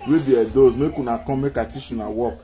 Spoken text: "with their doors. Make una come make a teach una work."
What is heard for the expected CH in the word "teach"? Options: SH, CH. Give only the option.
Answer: SH